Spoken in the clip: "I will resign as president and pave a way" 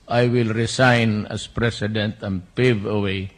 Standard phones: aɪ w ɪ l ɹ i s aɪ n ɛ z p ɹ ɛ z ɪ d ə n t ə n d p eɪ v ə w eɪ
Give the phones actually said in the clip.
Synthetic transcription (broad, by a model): aɪ w ɪ l ɹ i s aɪ n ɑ s p ɹ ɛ s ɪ d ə n t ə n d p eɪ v ə w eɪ